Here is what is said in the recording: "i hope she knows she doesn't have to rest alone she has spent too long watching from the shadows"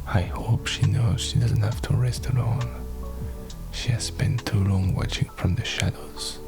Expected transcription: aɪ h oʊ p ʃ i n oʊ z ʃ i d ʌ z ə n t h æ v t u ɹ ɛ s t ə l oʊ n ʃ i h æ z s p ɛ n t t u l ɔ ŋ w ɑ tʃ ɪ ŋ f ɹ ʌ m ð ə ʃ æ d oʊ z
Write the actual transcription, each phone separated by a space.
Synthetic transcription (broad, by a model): aɪ h oʊ p ʃ i n oʊ z ʃ i d ʌ z ə n t h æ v t u ɹ ɛ s t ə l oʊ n ʃ i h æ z s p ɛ n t t u l ɔ ŋ w ɑ tʃ ɪ ŋ f ɹ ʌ m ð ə ʃ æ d oʊ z